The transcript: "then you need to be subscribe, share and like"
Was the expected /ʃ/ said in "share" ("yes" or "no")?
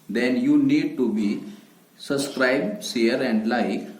no